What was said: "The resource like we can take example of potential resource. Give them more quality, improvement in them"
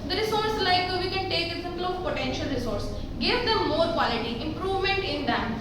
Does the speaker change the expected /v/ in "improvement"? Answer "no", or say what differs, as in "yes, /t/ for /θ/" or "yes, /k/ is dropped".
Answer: no